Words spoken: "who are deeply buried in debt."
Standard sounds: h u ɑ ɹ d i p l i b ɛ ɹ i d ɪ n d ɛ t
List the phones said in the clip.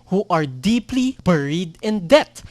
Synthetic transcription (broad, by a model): h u ɑ ɹ d i p l i b ɛ ɹ i d ɪ n d ɛ t